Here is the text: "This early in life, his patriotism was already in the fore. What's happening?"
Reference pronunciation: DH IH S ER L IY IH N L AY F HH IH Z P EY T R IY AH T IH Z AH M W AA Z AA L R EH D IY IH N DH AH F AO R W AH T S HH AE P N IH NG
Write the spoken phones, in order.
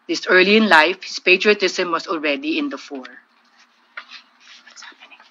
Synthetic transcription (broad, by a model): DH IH S ER L IY IH N L AY F HH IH S P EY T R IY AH T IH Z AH M W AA S AA L R EH D IY IH N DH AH F AO R